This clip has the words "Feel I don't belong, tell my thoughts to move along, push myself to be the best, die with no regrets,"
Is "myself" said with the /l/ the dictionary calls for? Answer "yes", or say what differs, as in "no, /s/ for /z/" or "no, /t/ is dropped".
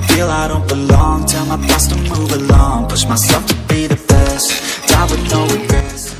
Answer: no, /l/ is dropped